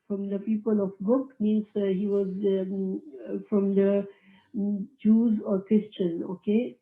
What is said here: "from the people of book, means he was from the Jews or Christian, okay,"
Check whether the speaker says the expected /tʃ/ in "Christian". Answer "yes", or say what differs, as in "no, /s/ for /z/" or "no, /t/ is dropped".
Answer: yes